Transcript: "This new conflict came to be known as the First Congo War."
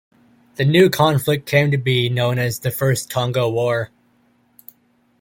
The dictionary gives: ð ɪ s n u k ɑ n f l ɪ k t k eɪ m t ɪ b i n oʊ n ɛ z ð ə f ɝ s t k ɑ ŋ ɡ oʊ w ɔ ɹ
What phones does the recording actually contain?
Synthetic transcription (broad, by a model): ð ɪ n u k ɑ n f l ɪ k k eɪ m t ɪ b i n oʊ n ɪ z ð ə f ɝ s t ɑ ŋ ɡ oʊ w ɔ ɹ